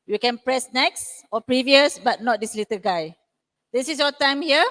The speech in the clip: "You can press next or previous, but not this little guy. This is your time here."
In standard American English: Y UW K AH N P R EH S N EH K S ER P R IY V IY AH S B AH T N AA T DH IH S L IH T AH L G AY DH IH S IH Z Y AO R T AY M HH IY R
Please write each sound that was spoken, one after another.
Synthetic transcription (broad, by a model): Y UW K AH N P R EH S N EH K S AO P R IY V IY AH S B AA T N AA T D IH S L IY T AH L G AY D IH S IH S Y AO T AY M HH IY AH